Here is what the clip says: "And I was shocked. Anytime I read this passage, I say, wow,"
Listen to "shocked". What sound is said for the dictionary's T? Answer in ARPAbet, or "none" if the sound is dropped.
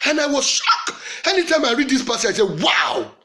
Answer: none